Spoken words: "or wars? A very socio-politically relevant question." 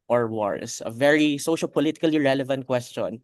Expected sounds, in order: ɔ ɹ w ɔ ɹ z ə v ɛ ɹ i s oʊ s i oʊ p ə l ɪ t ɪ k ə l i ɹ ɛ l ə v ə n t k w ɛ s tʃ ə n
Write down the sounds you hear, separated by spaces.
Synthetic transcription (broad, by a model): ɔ ɹ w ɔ ɹ s ə v ɛ ɹ i s oʊ ʃ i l p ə l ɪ t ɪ k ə l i ɹ ɛ l ə v ə n t k w ɛ s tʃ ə n